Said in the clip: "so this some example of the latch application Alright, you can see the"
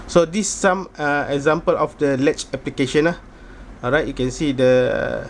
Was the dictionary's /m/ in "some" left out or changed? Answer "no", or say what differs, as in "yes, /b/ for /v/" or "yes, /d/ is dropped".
yes, /m/ is dropped